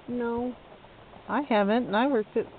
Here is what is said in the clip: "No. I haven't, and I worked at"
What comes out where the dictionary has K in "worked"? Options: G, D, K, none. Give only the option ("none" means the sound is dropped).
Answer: none